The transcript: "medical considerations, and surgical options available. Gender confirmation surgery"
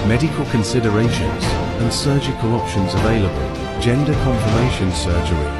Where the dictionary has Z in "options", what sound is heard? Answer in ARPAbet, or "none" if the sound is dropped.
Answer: Z